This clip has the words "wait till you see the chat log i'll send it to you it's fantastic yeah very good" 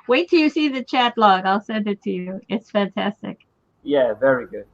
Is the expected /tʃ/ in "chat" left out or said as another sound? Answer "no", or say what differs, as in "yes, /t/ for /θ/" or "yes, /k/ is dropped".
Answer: no